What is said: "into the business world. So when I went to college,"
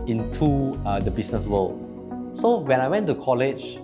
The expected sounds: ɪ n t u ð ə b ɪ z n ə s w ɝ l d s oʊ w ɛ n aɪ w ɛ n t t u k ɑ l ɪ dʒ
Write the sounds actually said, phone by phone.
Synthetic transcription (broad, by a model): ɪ n t u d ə b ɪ s n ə s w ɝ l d s oʊ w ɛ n aɪ w ɛ n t t u k ɑ l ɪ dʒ